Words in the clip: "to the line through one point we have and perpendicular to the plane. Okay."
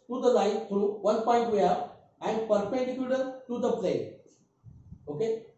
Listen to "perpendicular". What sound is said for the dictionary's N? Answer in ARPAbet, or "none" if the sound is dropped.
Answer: none